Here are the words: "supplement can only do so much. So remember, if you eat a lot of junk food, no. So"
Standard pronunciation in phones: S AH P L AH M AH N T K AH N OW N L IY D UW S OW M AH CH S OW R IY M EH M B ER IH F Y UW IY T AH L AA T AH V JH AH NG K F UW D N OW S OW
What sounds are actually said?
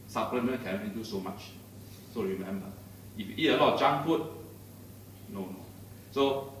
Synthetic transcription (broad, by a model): S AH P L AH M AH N K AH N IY L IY D UW S OW M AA CH S OW R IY M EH M B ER IH F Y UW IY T AH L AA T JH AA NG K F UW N N OW S OW